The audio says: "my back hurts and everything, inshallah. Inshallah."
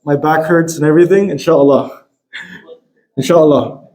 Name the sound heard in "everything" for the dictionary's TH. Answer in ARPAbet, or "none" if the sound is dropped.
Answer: TH